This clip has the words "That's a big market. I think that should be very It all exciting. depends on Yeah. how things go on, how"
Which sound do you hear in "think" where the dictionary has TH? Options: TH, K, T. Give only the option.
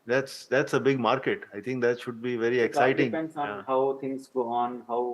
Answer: T